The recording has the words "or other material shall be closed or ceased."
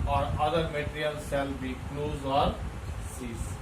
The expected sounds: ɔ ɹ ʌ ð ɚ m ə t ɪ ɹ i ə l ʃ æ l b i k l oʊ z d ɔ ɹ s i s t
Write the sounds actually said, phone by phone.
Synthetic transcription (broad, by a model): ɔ ɹ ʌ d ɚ m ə t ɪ ɹ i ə l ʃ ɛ l b i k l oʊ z ɔ ɹ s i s